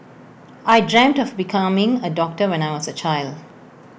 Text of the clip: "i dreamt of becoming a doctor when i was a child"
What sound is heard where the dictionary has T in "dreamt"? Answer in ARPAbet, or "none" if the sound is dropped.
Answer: T